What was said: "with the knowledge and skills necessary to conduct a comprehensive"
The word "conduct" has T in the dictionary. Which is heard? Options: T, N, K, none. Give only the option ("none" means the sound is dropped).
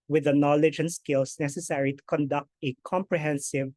T